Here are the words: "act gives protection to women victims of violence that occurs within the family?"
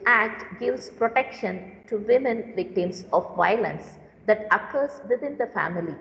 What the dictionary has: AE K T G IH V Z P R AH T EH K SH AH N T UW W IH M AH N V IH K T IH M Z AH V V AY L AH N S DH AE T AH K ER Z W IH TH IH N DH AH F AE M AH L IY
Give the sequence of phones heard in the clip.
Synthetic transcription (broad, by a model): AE K T G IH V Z P R AH T EH K SH AH N T UW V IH M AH N V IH K T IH M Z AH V V AY L AH N S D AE T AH K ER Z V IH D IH N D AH F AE M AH L IY